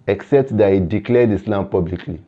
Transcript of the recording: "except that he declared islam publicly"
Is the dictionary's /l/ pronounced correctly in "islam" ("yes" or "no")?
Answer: yes